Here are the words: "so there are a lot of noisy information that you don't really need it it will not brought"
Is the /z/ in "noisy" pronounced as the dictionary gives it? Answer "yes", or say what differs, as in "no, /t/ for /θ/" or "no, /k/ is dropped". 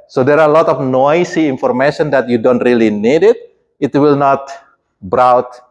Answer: no, /s/ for /z/